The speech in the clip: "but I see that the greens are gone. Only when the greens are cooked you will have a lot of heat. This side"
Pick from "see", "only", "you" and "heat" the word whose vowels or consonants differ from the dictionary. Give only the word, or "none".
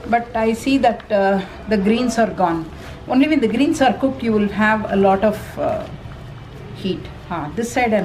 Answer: none